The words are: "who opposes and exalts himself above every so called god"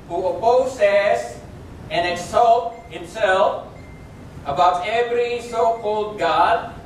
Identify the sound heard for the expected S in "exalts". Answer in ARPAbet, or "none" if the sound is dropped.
none